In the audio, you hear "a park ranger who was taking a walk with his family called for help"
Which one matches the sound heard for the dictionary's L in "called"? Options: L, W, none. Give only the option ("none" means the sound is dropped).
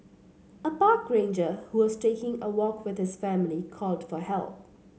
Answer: L